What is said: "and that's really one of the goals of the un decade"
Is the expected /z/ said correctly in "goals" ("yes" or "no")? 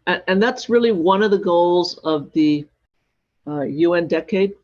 yes